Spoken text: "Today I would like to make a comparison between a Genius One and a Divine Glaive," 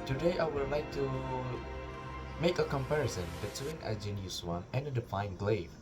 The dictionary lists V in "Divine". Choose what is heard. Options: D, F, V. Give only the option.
F